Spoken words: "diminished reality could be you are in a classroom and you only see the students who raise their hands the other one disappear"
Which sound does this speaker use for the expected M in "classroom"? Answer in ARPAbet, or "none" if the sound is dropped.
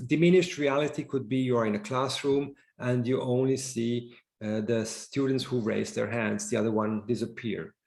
M